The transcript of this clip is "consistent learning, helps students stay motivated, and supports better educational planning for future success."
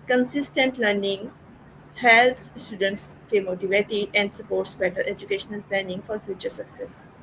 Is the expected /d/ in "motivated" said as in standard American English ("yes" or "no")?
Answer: no